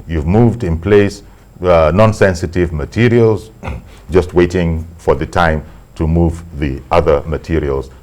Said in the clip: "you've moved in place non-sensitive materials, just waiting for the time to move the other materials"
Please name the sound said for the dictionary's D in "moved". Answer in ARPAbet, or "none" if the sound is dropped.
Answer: D